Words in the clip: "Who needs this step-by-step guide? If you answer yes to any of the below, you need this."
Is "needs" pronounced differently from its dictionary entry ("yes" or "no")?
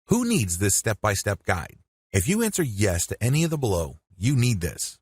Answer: no